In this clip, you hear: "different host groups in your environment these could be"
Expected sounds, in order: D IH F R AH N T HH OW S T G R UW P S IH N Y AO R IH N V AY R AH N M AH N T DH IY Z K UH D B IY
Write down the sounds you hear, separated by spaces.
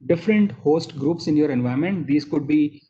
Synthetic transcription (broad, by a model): D IH F R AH N T HH OW S T G R UW P S IH N Y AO R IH N V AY AH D M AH N T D IY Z K UH D B IY